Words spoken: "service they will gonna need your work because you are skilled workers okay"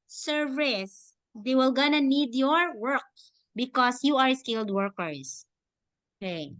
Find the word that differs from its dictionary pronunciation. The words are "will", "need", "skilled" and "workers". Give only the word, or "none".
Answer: workers